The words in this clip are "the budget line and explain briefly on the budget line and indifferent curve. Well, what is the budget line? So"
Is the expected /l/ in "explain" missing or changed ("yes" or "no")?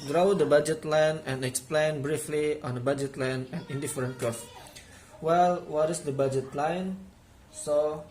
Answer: no